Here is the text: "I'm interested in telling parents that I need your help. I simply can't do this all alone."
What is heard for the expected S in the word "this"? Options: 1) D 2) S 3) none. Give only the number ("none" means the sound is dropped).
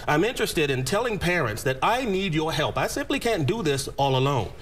2